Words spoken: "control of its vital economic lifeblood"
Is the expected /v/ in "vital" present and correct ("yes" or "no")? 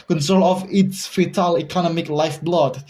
no